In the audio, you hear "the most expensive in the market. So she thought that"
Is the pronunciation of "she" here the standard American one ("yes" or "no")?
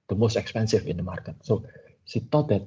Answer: no